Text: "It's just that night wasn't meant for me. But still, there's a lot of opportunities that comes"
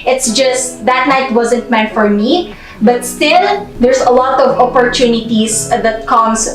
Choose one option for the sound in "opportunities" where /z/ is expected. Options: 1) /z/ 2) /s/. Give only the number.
2